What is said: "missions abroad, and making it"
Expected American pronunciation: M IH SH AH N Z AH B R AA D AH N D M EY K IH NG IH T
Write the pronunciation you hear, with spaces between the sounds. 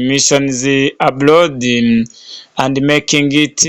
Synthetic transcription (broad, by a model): M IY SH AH N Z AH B L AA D AH N D M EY K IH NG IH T